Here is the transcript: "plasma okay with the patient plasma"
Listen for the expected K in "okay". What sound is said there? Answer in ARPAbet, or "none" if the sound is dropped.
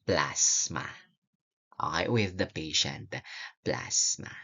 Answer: none